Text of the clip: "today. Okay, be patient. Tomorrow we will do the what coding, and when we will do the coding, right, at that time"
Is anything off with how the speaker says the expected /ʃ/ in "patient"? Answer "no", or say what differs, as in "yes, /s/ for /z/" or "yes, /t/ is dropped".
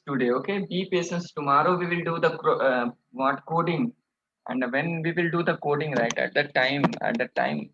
yes, /s/ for /ʃ/